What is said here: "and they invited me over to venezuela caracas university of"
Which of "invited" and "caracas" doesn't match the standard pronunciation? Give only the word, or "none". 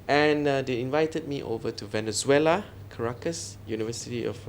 none